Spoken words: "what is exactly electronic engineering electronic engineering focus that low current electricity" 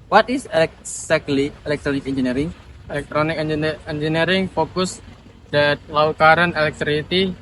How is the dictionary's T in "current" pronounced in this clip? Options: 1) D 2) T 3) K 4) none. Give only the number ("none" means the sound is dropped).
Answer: 4